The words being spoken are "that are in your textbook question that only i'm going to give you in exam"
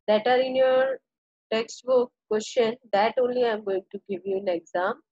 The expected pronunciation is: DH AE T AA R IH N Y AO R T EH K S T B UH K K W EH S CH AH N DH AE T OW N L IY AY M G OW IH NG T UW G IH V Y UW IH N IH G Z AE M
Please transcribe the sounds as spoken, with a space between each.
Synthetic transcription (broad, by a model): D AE T AA R IH N Y AO R T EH K S T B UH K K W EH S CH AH N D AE T OW N L IY AY M G OW IH NG T UW G IH V Y UW IH N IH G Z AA M